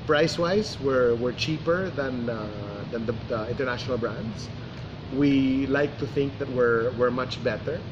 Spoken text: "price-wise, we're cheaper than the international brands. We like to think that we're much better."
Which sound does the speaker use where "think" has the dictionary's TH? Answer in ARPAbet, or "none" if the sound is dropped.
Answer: TH